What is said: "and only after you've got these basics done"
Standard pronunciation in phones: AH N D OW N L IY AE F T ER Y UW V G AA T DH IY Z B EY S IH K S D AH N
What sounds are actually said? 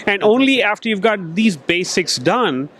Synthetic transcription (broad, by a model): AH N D OW N L IY AE F T ER Y UW V G AA T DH IY Z B EY S IH K S D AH N